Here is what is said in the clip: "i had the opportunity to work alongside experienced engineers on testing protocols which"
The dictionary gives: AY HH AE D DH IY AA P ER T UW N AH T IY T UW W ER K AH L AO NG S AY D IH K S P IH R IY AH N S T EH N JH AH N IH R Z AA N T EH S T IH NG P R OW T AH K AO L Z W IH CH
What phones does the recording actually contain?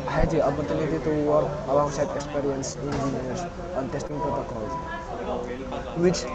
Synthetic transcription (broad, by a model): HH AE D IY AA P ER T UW N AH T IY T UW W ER AH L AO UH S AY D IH K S P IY R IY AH N S IY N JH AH N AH R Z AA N T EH S T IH NG P R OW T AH K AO L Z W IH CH